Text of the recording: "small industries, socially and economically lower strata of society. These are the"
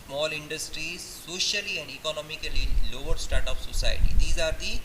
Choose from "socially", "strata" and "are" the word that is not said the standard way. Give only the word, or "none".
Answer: strata